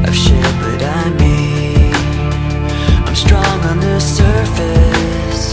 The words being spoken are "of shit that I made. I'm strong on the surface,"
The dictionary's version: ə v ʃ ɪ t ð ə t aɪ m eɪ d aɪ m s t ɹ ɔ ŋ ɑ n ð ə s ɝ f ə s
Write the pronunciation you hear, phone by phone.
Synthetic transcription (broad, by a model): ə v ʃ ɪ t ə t aɪ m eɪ aɪ m s t ɹ ɔ ŋ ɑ n ð ə s ɝ f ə s